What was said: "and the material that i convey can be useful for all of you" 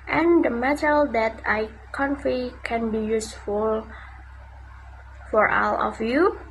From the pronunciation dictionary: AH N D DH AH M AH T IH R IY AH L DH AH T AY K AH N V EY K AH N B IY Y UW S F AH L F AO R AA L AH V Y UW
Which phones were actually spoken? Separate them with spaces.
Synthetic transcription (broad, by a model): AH N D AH M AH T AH L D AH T AY K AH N F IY K AH N B IY Y UW S F AH L F AO R AA L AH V Y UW